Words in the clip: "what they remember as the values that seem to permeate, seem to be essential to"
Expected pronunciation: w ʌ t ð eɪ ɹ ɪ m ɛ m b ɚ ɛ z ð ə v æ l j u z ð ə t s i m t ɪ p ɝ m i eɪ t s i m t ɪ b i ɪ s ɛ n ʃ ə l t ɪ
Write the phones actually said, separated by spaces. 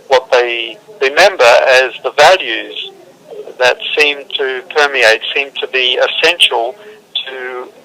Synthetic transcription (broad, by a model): w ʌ t ð eɪ ɹ ɪ m ɛ m b ɚ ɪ z ð ə v æ l j u z ð ə t s i m t ɪ p ɝ m i eɪ t s i m t ɪ b i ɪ s ɛ n ʃ l t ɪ